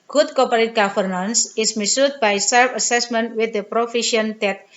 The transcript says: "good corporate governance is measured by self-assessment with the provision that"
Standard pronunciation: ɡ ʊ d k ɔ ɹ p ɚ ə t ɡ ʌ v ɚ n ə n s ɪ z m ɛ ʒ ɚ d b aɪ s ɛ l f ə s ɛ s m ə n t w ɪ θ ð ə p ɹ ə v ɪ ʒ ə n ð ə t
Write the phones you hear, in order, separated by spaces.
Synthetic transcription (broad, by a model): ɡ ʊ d k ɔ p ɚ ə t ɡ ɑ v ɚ n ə n s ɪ s m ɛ s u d b aɪ s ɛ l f ə s ɛ s m ə n t w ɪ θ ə p ɹ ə f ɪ ʃ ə n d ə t